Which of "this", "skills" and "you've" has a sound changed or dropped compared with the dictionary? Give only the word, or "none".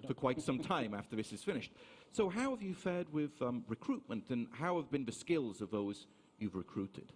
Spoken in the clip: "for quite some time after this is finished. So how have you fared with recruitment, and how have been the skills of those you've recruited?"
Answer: none